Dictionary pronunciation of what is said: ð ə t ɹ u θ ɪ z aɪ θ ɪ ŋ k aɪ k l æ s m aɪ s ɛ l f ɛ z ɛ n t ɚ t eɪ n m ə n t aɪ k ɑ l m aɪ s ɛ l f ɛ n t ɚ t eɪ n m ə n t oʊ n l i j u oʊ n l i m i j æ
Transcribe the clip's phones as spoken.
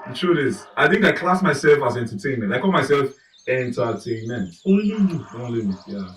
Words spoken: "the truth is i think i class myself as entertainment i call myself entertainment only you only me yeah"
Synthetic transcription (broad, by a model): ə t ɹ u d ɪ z aɪ θ ɪ ŋ k aɪ k l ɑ s m aɪ s ɛ l f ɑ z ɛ n t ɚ t eɪ n m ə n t aɪ k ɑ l m aɪ s ɛ l f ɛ n t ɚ t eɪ n m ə n t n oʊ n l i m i j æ